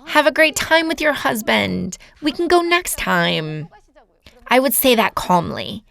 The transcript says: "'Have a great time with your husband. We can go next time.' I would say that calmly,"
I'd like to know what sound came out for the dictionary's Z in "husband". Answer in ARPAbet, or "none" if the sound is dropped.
Z